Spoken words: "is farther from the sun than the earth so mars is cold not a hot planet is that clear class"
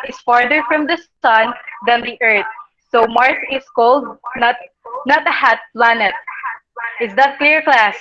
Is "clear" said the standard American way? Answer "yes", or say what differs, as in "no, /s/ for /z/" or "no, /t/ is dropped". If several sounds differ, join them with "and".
yes